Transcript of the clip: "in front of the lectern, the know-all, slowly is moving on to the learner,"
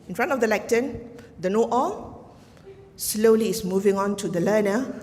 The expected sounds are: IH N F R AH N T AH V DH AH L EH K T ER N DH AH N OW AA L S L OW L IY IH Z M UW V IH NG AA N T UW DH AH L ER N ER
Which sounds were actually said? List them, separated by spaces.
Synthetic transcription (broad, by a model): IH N F R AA N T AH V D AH L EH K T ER N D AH N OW AA L S L OW L IY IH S M UW V IH NG AA N T UW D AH L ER N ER